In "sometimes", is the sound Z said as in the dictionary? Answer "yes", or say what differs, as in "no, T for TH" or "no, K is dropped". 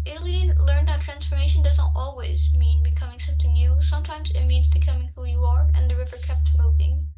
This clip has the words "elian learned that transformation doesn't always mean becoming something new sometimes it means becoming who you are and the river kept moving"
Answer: yes